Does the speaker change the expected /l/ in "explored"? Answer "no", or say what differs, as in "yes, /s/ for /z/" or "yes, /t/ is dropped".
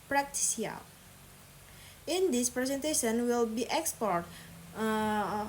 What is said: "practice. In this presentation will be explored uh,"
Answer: yes, /l/ is dropped